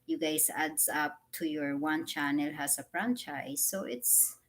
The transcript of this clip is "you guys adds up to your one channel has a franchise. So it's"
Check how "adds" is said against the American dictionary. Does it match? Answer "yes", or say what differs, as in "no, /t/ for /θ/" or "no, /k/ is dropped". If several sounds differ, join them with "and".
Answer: no, /s/ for /z/